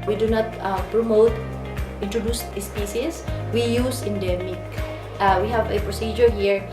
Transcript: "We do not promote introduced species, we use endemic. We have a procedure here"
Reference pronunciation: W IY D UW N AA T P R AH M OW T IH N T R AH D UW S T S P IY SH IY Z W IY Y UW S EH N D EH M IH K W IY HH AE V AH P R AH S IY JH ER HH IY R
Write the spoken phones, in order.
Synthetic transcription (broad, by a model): W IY D UW N AA T P R AH M OW T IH N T R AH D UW S S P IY S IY S W IY Y UW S EH N D EH M IH K W IY HH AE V AH P R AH S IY JH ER HH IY R